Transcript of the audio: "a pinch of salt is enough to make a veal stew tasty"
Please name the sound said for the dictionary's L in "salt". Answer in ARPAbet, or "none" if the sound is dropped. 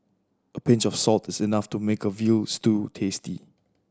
L